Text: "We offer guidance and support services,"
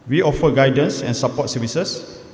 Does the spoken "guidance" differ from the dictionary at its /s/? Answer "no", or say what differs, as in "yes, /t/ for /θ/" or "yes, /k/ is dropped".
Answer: no